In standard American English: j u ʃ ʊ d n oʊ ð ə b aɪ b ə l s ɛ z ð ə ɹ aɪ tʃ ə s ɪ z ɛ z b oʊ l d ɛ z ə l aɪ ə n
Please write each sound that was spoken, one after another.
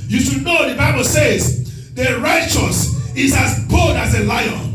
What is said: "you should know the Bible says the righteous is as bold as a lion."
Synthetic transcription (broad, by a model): j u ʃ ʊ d n oʊ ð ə b aɪ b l s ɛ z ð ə ɹ aɪ tʃ ə s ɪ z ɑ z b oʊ d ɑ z ə l aɪ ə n